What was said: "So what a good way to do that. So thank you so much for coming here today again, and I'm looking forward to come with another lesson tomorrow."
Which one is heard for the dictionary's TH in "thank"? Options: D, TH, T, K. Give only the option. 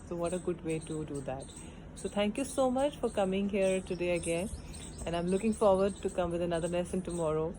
T